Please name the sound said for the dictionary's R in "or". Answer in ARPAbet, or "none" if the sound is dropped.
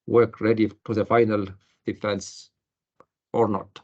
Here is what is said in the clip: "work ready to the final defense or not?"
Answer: R